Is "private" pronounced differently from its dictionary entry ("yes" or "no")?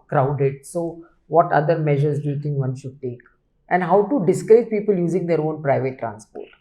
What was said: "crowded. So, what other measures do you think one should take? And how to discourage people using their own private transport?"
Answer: no